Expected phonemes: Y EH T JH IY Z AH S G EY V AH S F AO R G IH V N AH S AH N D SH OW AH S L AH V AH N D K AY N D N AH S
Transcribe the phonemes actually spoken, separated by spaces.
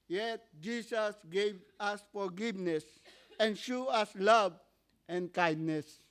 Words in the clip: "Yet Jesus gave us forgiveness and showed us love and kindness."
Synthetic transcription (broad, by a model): Y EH T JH IY S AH S G EY V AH S F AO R G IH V N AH S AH N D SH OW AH S L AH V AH N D K AY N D N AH S